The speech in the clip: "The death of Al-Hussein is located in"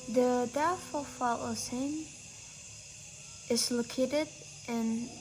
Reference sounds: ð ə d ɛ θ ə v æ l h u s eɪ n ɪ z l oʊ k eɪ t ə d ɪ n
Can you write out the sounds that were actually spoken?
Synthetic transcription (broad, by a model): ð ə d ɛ f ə f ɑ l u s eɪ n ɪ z l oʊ k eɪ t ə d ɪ n